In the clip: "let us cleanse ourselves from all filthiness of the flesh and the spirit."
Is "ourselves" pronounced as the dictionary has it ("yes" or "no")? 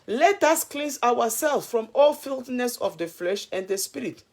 no